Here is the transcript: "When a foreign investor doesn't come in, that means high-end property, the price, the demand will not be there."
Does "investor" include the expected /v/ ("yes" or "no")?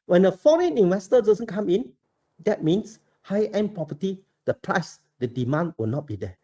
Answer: no